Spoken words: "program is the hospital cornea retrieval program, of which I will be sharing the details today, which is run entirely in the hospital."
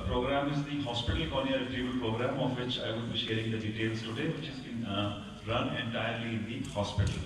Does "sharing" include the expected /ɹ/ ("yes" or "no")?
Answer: yes